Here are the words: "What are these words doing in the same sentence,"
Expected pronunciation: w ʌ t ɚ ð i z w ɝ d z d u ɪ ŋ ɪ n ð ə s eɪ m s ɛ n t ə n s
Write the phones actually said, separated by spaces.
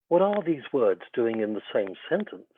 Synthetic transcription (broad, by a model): w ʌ t ɚ ð i z w ɝ d z d u ɪ ŋ ɪ n ð ə s eɪ m s ɛ n t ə n s